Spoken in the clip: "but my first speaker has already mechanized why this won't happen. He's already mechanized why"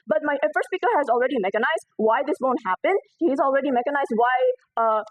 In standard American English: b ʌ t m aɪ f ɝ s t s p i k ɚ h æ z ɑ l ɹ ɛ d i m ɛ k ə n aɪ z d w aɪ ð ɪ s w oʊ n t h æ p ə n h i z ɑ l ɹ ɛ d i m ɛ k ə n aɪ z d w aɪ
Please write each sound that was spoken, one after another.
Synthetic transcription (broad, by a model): b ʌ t m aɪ f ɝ t s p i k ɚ h æ z ɑ l ɹ ɛ d i m ɛ k ə n aɪ z d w aɪ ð ɪ s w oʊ n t h æ p ə n h i z ɑ l ɹ ɛ d i m ɛ k ə n aɪ z d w aɪ